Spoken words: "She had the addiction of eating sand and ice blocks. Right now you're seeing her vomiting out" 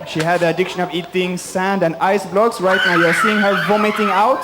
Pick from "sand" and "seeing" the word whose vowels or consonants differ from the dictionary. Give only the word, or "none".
none